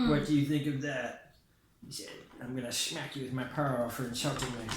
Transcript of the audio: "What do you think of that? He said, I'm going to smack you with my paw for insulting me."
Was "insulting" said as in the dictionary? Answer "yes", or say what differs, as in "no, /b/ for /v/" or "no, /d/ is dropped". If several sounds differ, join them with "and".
no, /ʃ/ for /s/